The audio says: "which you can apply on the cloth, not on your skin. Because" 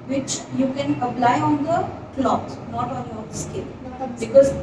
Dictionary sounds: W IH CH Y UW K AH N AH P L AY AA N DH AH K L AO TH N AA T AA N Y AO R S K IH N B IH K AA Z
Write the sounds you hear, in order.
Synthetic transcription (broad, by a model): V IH CH Y UW K AH N AH P L AY AA N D AH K L AO T N AA T AA N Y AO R S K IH L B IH K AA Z